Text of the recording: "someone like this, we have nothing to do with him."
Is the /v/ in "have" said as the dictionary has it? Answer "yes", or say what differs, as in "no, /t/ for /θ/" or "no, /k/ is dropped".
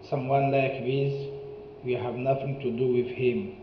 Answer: yes